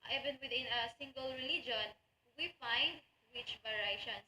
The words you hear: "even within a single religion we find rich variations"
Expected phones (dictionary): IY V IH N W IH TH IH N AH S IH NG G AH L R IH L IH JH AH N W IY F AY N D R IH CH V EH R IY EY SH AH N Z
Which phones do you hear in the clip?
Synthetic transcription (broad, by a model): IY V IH N W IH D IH N AH S IH NG G AH L R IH L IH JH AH N W IY F AY N D W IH CH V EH R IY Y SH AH N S